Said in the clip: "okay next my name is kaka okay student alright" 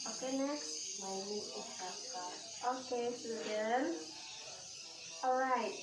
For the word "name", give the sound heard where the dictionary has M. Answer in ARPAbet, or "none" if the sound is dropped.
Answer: none